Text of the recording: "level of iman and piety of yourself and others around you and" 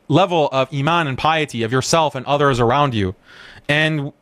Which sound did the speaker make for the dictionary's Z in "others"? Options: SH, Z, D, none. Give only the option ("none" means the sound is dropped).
Z